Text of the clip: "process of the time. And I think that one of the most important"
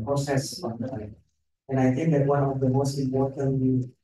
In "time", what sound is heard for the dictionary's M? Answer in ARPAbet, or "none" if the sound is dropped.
none